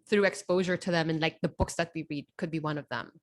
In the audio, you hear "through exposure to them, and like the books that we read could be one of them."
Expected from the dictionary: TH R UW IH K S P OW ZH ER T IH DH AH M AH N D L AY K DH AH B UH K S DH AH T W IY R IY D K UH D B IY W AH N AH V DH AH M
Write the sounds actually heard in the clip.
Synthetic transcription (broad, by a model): TH R UW IH K S P OW ZH ER T IH DH AH M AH N L AY K DH AH B UH K S DH AH T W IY R IY D K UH D B IY W AH N AH V DH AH M